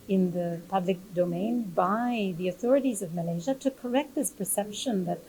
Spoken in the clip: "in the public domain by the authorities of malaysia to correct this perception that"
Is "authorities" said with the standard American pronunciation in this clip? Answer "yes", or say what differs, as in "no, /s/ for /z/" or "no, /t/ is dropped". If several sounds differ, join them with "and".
yes